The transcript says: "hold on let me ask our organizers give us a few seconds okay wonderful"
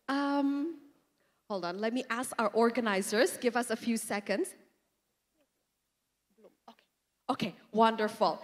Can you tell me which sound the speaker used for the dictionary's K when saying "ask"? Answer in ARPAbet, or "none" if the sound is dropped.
K